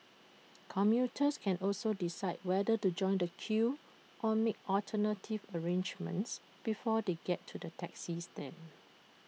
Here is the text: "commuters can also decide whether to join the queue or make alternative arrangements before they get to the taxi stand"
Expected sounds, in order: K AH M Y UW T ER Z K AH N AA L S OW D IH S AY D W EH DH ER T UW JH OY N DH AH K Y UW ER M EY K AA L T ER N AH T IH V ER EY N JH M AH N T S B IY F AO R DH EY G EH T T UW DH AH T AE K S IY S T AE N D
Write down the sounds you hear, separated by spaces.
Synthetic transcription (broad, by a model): K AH M Y UW T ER S K AH N AA L S OW D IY S AY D W EH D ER T UW JH OY N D AH K Y UW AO M EY K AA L T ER N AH T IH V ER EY N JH M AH N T S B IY F AO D EY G EH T T UW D AH T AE K S IY S T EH N